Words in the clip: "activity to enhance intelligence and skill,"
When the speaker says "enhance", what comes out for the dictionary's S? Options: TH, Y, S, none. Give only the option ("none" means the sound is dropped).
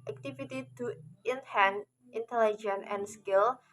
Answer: none